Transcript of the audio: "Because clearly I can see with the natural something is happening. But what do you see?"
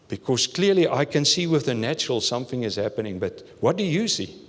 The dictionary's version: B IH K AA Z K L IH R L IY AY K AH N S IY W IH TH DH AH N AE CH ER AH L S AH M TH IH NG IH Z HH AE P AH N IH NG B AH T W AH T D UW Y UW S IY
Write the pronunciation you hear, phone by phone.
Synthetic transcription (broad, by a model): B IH K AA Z K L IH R L IY AY K AH N S IY W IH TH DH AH N AE CH ER AH L S AH M TH IH NG IH Z HH AE P AH N IH NG B AH T W AH T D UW Y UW S IY